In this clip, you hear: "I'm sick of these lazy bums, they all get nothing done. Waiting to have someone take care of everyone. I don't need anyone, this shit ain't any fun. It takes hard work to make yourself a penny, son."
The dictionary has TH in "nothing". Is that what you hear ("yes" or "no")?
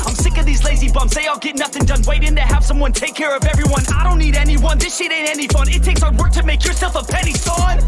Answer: yes